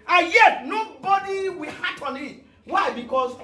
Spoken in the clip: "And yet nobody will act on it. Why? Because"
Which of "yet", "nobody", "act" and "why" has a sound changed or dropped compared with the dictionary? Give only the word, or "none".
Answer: act